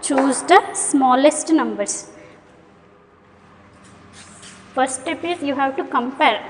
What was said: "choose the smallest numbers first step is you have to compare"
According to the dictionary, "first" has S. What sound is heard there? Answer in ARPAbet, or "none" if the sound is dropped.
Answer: none